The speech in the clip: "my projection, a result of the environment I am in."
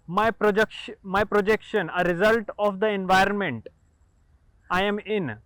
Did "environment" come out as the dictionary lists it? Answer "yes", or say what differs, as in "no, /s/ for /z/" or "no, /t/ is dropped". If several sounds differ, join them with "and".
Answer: yes